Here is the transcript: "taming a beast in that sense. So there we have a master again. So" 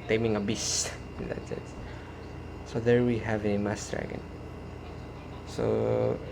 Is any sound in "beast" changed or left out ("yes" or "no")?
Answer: yes